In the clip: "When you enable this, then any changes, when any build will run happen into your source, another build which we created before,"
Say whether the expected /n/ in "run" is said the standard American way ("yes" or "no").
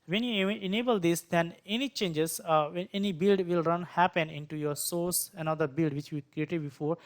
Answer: yes